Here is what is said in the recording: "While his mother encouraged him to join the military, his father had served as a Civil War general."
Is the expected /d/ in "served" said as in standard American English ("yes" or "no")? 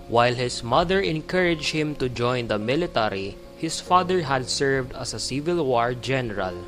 yes